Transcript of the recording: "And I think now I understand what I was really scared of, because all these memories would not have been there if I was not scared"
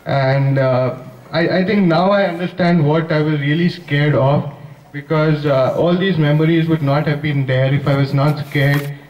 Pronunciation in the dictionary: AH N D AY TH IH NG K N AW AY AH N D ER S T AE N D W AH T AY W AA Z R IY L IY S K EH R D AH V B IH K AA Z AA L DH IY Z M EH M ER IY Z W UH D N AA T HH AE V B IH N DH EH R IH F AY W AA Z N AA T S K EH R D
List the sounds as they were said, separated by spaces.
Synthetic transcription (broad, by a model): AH N D AY T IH NG K N AW AY AH N D ER S T AE N D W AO T AY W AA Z R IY L IY S K EH R D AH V B IH K AA Z AA L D IY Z M EH M ER IY Z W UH D N AA T HH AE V B IH N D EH R IH F AY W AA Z N AA T S K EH R D